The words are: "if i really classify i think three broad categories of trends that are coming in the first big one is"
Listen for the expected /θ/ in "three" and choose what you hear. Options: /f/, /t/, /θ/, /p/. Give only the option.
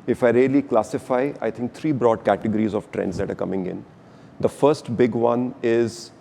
/t/